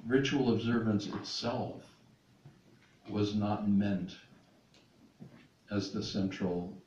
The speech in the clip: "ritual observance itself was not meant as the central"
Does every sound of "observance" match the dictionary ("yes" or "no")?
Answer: yes